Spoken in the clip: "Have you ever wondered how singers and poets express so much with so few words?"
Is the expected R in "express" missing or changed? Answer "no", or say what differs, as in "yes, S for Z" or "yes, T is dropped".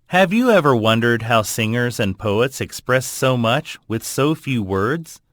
no